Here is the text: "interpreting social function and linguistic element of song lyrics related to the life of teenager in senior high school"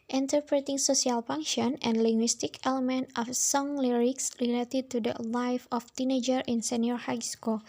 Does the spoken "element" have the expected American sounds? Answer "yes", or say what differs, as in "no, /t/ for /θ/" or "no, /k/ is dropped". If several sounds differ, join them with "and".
yes